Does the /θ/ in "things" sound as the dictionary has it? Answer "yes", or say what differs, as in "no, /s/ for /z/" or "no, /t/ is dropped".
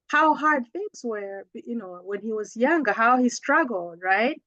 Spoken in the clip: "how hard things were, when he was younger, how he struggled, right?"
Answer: yes